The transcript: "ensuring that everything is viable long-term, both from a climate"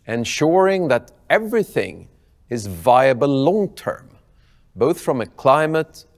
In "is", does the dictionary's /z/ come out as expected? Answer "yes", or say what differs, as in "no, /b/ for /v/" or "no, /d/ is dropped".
yes